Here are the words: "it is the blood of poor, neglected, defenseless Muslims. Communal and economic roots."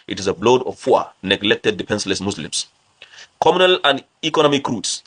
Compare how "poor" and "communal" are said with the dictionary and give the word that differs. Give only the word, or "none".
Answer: poor